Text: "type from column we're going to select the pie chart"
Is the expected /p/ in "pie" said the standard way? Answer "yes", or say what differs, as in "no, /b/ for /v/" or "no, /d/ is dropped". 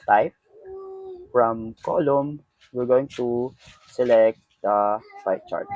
no, /f/ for /p/